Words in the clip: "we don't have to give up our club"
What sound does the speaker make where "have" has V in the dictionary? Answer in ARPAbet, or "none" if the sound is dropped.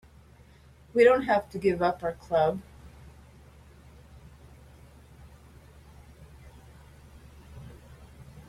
F